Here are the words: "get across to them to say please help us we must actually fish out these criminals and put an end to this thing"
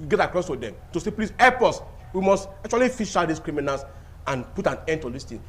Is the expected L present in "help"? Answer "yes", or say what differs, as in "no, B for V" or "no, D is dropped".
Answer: no, L is dropped